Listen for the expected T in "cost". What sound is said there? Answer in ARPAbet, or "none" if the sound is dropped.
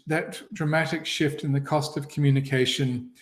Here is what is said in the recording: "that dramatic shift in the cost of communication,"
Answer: T